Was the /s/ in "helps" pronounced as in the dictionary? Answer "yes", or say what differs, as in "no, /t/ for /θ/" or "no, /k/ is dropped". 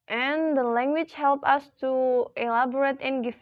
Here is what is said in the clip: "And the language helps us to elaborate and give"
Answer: no, /s/ is dropped